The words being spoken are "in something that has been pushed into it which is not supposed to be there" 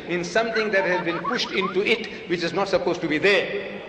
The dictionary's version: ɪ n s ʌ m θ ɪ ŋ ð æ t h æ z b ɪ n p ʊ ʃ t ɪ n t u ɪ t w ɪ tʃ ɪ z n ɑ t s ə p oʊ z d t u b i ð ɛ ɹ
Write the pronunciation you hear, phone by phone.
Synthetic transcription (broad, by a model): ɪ n s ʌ m t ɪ ŋ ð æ t h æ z b ɪ n p ʊ ʃ t ɪ n t u ɪ t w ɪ tʃ ɪ z n ɑ t s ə p oʊ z t u b i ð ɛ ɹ